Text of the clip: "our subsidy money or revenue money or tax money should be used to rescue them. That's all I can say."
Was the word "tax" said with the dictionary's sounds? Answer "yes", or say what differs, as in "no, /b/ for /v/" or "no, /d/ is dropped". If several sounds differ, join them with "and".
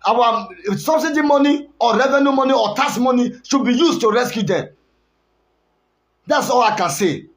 no, /k/ is dropped